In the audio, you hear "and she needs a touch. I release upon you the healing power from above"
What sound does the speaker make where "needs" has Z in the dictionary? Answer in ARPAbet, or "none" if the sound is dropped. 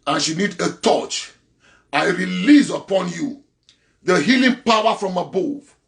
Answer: none